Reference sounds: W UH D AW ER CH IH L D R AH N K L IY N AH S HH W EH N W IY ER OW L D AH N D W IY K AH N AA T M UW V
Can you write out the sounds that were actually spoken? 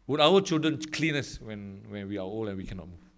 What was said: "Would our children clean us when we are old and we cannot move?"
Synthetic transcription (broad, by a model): W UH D AW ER CH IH L D R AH N K L IY N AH S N W EH N W IY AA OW L AH N W IY K AH N AA T M UW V